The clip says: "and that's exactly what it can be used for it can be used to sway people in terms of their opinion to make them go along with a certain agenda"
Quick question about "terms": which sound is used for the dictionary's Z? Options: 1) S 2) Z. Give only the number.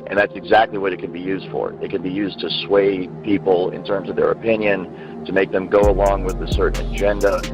2